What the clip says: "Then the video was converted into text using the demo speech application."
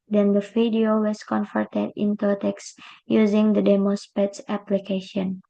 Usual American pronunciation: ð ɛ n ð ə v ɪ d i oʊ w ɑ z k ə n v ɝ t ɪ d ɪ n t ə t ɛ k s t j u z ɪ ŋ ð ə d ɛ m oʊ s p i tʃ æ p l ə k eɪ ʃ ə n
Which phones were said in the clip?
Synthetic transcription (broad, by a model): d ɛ n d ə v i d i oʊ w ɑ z k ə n f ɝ t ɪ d ɪ n t ə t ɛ k s j u z ɪ ŋ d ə d ɛ m oʊ s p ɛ s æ p l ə k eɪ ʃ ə n